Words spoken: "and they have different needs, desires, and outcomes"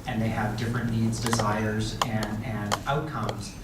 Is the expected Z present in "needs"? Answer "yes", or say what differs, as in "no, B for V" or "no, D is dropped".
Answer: yes